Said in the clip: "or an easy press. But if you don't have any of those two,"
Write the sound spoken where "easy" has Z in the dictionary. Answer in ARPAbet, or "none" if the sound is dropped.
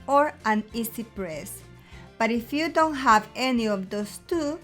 S